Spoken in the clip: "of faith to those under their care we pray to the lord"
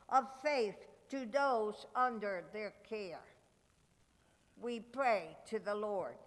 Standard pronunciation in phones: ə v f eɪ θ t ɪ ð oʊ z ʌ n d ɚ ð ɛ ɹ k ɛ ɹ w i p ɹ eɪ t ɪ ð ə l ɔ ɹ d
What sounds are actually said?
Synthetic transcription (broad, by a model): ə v f eɪ θ t ɪ ð oʊ z ʌ n d ɚ ð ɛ ɹ k ɛ ɹ w i p ɹ eɪ t ɪ ð ə l ɔ ɹ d